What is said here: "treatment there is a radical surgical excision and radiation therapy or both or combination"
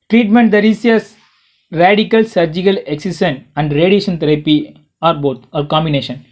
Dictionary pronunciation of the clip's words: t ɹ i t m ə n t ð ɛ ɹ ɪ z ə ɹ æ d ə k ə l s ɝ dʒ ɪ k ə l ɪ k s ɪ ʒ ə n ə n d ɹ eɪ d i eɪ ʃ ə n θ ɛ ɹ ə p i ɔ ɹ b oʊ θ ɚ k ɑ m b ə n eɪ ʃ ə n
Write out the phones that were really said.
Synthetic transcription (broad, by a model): t ɹ i t m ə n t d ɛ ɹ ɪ s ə ɹ æ d ə k ə l s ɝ dʒ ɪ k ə l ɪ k s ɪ s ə n ə n d ɹ eɪ d i eɪ ʃ ə n t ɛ ɹ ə p i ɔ ɹ b oʊ t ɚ k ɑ m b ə n eɪ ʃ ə n